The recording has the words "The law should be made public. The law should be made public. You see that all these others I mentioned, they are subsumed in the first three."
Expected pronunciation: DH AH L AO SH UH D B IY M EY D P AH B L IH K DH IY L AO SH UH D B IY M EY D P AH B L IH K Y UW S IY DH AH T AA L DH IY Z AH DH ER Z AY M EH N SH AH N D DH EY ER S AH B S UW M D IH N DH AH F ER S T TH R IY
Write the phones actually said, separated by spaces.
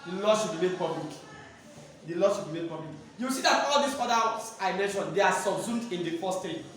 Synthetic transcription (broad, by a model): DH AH L AO SH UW D B IY M EY D P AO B L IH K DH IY L AO SH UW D B IY M EY D P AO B L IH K Y UW S IY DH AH T AA L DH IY S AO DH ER AY M EH N SH AH N D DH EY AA S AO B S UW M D IH N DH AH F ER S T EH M